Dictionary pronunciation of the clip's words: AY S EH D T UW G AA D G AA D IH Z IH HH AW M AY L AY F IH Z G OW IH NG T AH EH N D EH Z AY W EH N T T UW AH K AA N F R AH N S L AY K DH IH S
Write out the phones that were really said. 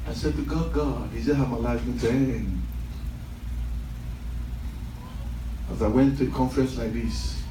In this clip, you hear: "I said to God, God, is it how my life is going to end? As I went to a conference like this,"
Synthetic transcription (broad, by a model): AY S EH D T UW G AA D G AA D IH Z IH HH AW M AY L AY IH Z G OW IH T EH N EH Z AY W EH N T T UW AH K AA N F R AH N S L AY K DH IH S